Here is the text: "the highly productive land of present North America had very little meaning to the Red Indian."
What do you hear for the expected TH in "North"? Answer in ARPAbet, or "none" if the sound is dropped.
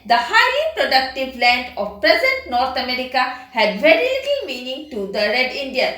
T